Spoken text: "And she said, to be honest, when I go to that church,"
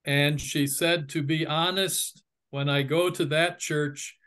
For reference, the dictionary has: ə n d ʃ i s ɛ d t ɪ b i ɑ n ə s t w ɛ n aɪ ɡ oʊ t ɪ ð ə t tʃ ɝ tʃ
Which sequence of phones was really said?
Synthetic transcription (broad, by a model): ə n ʃ i s ɛ d t ɪ b i ɑ n ə s t w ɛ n aɪ ɡ oʊ t ɪ ð ə t tʃ ɝ tʃ